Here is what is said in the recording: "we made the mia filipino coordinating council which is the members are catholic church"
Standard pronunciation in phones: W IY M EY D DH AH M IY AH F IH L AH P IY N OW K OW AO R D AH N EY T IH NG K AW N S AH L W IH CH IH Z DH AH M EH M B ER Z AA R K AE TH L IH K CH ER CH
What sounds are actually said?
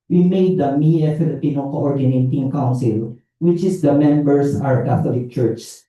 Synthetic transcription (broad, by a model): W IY M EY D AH M IY AH F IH L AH P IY N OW K OW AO R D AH N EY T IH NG K AW N S AH L W IH CH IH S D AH M EH M B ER S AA W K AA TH L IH K CH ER CH